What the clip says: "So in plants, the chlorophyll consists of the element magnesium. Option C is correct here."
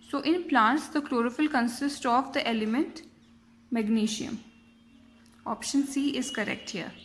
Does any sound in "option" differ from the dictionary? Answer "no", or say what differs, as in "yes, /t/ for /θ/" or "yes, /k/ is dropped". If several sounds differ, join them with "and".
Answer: no